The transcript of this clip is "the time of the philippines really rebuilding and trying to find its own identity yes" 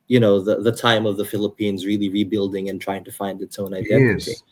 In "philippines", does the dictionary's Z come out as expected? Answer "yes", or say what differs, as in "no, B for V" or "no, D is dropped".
yes